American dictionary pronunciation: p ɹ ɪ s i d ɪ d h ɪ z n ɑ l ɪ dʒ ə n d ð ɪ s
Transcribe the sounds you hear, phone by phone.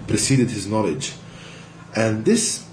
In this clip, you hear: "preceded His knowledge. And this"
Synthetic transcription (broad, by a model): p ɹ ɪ s i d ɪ d h ɪ z n ɑ l ɪ dʒ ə n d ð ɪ s